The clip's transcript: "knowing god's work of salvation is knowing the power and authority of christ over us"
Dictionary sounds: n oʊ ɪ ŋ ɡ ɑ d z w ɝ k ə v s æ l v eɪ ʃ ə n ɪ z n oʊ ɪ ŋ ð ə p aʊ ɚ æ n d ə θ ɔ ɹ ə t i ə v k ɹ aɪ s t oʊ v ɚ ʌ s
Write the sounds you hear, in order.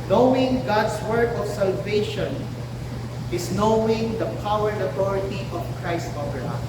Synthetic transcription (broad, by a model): n oʊ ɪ ŋ ɡ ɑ d s w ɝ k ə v s æ l v eɪ ʃ ə n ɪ s n oʊ ɪ ŋ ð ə p aʊ ɚ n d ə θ ɔ ɹ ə t i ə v k ɹ aɪ s t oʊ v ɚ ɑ